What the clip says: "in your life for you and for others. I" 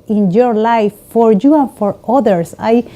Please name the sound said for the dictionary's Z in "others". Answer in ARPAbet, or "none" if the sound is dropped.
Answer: S